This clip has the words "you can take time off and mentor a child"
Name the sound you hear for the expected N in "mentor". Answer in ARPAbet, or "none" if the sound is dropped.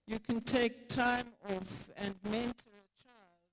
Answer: N